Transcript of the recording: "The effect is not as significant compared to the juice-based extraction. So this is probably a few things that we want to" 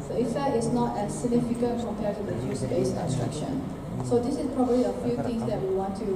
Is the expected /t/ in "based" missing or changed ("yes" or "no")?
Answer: yes